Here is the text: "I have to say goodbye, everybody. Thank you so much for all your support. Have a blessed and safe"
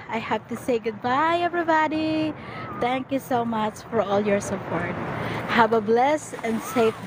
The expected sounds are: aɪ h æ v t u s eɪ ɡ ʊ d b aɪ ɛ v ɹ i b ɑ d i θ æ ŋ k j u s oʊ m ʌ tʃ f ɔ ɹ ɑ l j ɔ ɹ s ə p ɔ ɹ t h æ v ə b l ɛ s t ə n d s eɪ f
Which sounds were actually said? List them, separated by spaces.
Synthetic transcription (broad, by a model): aɪ h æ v t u s eɪ ɡ ʊ d b aɪ ɛ v ɹ i b ɑ d i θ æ ŋ k j u s oʊ m ʌ tʃ f ɔ ɹ ɑ l j ɔ ɹ s ə p ɔ ɹ t h æ v ə b l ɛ s ə n d s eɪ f